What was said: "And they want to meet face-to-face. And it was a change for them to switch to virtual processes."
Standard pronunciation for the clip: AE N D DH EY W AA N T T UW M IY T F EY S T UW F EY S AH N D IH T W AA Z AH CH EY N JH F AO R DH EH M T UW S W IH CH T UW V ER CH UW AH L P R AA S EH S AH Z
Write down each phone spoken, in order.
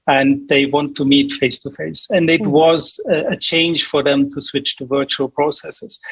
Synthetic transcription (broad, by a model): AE N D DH EY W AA N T T UW M IY T F EY S T UW F EY S AH N D IH T W AA Z AH CH EY N JH F AO R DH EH M T UW S W IH CH T UW V ER CH UW AH L P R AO S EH S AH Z